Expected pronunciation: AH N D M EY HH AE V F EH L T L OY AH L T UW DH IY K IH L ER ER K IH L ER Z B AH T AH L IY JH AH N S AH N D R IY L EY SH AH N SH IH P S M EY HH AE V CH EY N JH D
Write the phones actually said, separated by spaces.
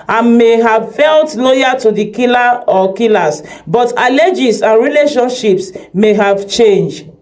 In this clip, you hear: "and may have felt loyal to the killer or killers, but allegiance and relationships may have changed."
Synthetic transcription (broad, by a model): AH N M EY HH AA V F EH L T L OY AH T UW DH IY K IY L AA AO K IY L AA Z B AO T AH L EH JH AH S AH N R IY L EY SH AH N SH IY P S M EY HH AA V CH EY N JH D